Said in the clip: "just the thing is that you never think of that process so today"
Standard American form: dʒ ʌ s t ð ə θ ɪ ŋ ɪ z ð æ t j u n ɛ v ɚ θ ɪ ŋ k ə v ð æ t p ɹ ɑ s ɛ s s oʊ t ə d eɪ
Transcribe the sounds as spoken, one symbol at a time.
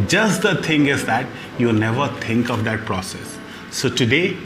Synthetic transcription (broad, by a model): dʒ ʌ s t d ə t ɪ ŋ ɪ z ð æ t j u n ɛ v ɚ t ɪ ŋ k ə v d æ t p ɹ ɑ s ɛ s s oʊ t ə d eɪ